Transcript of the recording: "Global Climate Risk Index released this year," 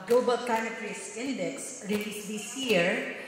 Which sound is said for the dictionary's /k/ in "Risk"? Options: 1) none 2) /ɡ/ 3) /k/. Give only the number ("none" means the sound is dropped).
1